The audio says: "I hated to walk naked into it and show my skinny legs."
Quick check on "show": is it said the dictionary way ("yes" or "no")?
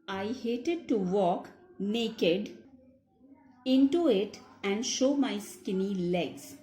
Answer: yes